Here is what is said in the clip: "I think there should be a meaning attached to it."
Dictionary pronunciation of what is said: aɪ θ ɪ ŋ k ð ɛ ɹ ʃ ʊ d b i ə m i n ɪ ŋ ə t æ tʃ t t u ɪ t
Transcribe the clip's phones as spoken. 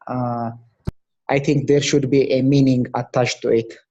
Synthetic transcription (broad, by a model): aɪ t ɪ ŋ k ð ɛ ɹ ʃ ʊ d b i ə m i n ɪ ŋ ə t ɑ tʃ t t u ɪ t